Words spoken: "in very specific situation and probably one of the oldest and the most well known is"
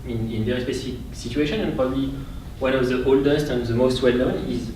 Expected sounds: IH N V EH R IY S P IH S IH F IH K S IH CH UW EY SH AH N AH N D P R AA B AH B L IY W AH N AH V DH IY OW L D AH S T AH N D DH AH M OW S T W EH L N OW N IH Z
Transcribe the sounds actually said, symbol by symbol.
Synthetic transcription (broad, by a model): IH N V EH R IY S P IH S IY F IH K S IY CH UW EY SH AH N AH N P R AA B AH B L IY W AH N AH V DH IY OW L D AH S T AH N DH AH M OW S T W EH L N OW N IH Z